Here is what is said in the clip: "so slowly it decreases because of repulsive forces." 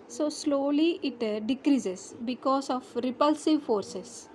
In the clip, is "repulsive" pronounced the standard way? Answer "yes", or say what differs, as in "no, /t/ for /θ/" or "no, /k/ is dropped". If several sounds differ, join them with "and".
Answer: yes